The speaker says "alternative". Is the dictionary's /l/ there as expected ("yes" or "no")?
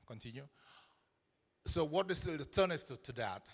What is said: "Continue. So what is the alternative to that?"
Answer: no